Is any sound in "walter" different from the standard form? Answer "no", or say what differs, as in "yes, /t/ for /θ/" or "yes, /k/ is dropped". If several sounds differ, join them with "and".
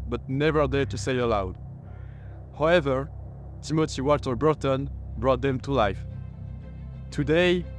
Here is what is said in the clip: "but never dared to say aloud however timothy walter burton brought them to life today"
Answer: yes, /l/ is dropped